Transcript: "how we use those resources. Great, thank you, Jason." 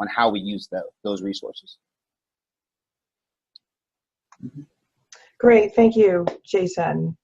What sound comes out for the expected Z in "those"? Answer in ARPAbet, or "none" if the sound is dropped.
Z